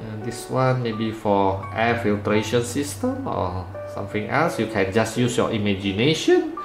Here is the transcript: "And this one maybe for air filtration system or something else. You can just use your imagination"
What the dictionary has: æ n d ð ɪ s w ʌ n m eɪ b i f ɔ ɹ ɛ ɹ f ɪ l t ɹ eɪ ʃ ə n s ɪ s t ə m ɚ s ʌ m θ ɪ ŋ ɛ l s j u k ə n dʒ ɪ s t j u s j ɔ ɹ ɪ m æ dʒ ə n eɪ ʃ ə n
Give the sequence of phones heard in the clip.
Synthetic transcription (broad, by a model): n d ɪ s w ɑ n m eɪ b i f ɔ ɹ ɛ f ɪ l t ɹ eɪ ʃ ə n s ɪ s t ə m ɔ s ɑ m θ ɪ ŋ ɛ l s j u k ə n dʒ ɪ s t j u s j ɔ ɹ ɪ m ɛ dʒ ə n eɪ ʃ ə n